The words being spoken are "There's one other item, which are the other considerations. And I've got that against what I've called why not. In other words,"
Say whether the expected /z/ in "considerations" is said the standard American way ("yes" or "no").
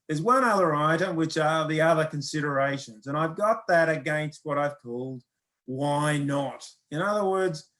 yes